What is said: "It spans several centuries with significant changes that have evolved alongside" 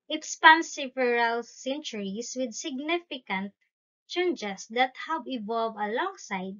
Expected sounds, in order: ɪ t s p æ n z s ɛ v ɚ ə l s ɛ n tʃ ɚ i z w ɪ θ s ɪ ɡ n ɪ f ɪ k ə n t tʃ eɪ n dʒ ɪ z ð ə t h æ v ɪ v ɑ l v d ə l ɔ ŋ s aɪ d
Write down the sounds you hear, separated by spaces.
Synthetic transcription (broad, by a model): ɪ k s p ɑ n s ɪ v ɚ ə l s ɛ n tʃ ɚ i s w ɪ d s ɪ ɡ n ɪ f ɪ k ə n t tʃ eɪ n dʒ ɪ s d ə t h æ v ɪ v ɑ l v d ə l ɔ ŋ s aɪ d